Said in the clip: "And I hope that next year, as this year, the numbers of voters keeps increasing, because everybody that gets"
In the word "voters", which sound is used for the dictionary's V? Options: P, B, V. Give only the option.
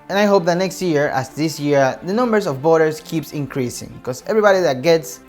B